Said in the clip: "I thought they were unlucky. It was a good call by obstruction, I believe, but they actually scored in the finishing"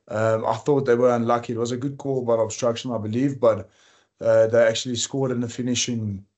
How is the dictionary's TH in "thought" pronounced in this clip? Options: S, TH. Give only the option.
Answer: TH